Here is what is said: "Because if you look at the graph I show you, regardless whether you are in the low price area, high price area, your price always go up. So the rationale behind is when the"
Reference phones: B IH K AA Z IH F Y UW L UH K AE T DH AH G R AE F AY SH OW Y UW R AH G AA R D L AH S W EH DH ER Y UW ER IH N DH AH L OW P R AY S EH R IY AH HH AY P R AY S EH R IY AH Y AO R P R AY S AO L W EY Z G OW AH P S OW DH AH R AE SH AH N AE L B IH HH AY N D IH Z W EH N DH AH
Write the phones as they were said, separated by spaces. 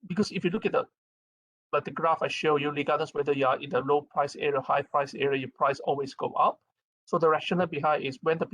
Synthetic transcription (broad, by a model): B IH K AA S IH F Y UW L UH K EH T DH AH G R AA F AY SH OW Y UW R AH G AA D AH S W EH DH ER Y UW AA IH N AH L OW P R AY S EH R IY AH HH AY P R AY S EH R IY AH Y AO P R AY S AO L W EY S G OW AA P S OW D AH R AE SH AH N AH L B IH HH AY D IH S W EH N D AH